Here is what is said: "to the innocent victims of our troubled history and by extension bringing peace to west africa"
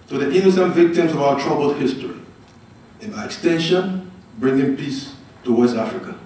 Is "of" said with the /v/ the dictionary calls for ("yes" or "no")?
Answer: yes